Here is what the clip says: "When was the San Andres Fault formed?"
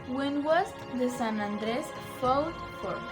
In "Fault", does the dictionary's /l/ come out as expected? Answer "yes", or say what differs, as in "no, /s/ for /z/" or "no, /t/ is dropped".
no, /w/ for /l/